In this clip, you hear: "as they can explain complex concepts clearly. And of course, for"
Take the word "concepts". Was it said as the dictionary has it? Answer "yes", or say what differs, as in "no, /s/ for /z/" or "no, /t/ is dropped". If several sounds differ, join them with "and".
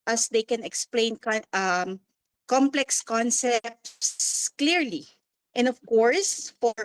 yes